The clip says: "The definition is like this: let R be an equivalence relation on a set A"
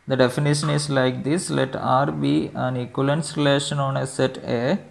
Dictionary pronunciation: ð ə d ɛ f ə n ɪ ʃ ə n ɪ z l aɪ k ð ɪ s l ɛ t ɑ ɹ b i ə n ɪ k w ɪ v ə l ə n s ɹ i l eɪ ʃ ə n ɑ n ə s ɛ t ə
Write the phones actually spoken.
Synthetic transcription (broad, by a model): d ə d ɛ f ə n ɪ ʃ ə n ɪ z l aɪ k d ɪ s l ɛ t ɑ ɹ b i ə n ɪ k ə l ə n s ɹ i l eɪ ʃ ə n ɑ n ə s ɛ t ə